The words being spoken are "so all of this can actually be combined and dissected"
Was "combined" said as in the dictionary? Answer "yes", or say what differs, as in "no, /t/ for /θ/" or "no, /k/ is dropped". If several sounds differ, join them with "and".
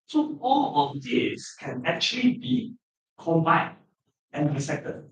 no, /d/ is dropped